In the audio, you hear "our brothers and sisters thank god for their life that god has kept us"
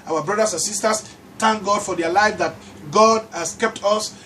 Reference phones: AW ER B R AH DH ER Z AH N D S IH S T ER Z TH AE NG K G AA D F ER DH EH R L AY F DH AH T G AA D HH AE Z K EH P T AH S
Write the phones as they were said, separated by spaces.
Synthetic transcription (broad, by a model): AW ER B R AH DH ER S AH N S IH S T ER S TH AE NG K G AA D F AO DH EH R L AY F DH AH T G AA D HH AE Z K EH P T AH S